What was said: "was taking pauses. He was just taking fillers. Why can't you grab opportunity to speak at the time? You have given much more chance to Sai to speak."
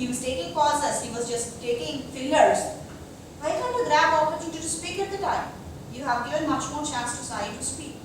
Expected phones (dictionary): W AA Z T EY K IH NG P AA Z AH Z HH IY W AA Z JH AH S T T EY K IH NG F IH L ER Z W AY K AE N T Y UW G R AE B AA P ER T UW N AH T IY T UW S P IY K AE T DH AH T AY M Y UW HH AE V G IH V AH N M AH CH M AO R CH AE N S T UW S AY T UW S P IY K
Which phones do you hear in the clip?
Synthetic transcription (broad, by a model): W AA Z T EY K IH NG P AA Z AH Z HH IY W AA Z JH AH S T T EY K IH NG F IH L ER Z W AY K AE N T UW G R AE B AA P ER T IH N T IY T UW S P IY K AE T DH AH T AY M Y UW HH AE V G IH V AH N M AH CH M AO R CH AE N S T UW S AY T UW S P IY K